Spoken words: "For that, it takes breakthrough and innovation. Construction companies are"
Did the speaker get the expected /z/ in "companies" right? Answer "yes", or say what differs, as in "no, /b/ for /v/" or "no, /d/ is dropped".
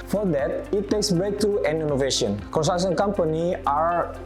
no, /z/ is dropped